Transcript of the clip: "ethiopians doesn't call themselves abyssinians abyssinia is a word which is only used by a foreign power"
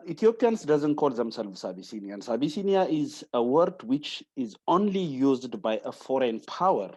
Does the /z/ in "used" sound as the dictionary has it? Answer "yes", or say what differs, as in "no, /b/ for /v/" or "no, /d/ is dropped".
yes